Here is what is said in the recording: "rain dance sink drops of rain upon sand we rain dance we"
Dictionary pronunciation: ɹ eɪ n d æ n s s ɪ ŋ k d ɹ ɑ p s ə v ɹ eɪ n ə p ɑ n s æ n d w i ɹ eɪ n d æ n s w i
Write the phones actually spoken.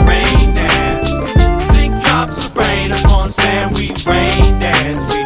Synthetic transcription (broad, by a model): ɹ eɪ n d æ s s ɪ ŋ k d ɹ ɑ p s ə b ɹ eɪ n ə p ɑ n s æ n w i ɹ eɪ n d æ s